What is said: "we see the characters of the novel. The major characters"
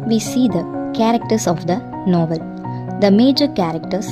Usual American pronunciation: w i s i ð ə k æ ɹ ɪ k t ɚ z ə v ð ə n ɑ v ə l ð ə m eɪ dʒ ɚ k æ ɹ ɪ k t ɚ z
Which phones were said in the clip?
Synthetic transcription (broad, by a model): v i s i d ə k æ ɹ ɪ k t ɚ s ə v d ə n ɑ v ə l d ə m eɪ dʒ ɚ k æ ɹ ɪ k t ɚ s